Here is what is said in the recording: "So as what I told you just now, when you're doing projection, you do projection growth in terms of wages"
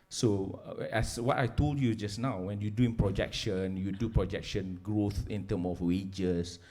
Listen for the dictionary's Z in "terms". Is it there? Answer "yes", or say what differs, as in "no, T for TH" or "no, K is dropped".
no, Z is dropped